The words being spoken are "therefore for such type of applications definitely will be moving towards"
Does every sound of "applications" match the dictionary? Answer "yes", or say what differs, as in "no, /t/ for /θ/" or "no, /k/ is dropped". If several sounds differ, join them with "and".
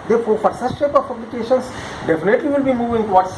no, /b/ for /p/ and /s/ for /z/